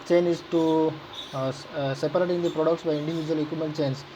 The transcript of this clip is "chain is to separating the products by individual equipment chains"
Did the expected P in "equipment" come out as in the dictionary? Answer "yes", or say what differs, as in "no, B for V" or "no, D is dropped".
no, P is dropped